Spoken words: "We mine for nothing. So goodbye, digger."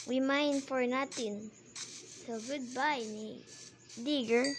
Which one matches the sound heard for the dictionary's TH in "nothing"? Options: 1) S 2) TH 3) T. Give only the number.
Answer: 3